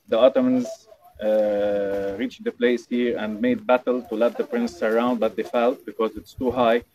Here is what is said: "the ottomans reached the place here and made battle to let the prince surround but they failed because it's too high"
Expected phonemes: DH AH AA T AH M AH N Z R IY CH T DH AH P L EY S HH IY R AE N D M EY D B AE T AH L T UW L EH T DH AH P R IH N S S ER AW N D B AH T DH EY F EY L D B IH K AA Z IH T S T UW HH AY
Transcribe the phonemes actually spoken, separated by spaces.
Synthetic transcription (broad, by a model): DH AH AA T AH M AH N Z R IY CH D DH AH P L EY S HH IY R AE N D M EY D B AE T AH L T UW L EH T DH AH P R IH N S S ER AW N D B AH T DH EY F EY L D B IH K AA Z IH T S T UW HH AY